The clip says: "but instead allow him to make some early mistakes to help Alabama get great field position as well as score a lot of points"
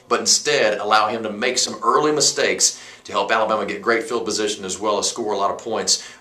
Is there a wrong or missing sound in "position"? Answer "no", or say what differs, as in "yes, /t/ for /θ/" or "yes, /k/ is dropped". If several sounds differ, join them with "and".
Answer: no